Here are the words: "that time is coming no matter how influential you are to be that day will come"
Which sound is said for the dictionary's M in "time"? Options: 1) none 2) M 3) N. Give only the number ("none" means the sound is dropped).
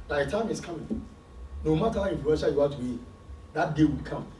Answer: 2